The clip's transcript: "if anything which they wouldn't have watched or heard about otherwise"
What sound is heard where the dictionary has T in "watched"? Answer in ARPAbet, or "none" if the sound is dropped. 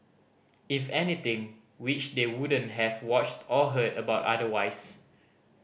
T